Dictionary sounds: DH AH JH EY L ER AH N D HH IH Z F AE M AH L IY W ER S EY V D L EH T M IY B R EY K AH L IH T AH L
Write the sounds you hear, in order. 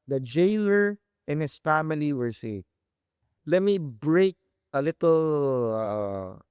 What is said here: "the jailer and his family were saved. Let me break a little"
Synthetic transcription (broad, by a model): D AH JH EY L ER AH N HH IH S F AE M AH L IY W ER S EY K L EH T M IY B R EY K AH L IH T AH L